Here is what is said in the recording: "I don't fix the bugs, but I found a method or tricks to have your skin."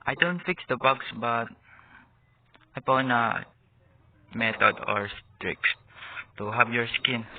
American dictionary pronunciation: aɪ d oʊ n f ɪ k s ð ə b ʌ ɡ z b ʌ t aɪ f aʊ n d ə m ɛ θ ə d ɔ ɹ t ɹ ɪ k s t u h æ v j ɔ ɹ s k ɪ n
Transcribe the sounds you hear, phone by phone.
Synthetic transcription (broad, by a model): aɪ d oʊ n f ɪ k s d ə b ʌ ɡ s b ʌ t aɪ p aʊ n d ə m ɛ t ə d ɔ ɹ t ɹ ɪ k s t u h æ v j ɔ ɹ s k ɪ n